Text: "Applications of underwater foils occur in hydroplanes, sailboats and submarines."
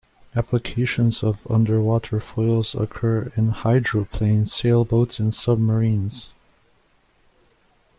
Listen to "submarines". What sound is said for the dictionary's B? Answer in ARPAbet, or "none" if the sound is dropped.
B